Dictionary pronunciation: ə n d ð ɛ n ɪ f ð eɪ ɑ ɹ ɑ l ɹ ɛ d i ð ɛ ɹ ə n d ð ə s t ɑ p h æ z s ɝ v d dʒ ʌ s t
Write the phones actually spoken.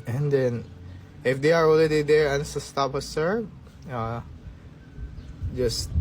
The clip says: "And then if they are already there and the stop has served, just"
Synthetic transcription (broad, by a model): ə n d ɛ n ɪ f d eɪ ɑ ɹ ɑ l i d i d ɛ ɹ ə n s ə s t ɑ p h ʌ s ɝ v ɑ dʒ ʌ s t